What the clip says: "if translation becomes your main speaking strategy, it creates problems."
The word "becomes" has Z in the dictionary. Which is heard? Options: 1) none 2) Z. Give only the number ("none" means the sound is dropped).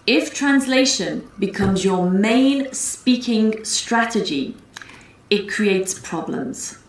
2